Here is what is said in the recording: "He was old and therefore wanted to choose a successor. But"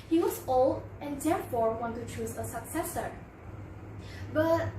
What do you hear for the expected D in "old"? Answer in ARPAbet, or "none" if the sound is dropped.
none